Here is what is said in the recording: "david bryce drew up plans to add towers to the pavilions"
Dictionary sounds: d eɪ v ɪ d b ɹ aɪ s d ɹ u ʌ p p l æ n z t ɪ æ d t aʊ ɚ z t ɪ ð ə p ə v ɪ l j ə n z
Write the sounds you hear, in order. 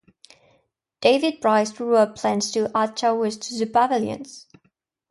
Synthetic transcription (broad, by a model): d eɪ v ɪ d b ɹ aɪ s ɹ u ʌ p p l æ n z t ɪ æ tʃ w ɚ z t ɪ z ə b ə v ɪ l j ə n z